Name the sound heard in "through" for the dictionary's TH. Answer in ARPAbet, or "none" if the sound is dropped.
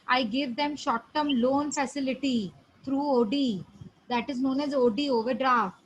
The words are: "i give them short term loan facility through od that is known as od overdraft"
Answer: T